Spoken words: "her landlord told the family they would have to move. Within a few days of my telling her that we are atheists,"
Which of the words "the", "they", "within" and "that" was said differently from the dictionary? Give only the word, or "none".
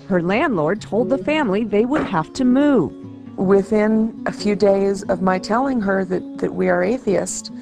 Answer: none